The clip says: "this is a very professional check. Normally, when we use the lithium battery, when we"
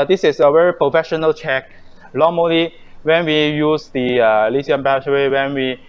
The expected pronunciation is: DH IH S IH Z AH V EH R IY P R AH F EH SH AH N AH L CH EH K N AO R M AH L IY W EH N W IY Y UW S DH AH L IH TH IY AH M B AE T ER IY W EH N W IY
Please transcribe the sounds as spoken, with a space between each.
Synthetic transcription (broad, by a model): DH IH S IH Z AH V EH R IY P R AH F EH SH AH N AH L CH EH K L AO M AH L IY W EH N W IY Y UW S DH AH L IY S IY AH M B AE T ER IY W EH N W IY